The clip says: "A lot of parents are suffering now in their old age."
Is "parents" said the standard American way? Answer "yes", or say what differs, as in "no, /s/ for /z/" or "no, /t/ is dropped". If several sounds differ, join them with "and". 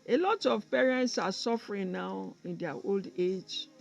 yes